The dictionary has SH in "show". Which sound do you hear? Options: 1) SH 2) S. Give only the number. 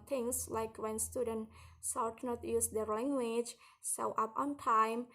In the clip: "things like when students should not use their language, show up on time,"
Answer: 2